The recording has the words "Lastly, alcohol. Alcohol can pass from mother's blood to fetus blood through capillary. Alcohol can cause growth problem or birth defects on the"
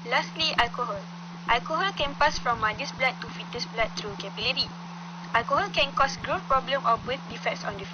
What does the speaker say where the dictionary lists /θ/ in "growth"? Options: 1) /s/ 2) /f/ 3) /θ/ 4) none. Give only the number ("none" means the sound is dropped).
2